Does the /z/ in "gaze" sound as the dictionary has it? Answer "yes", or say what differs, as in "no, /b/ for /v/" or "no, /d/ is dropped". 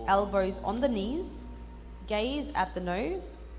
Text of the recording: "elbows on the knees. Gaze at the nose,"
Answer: yes